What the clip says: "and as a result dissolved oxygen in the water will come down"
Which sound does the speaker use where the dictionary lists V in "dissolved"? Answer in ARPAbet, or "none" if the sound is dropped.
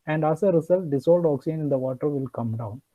none